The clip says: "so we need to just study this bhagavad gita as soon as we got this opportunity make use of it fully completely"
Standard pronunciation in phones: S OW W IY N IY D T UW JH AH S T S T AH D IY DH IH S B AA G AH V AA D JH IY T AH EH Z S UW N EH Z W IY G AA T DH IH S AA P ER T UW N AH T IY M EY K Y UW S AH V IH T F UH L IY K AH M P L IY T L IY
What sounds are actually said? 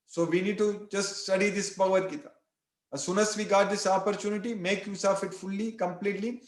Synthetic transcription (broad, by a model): S OW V IY N IY D T UW JH AH S T S T AH D IY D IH S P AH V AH D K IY T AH S UW N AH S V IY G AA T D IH S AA P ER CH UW N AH T IY M EY K Y UW S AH F IH T F UH L IY K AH M P L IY T L IY